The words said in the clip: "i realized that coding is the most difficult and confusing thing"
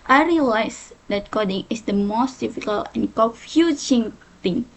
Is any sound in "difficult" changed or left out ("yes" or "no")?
yes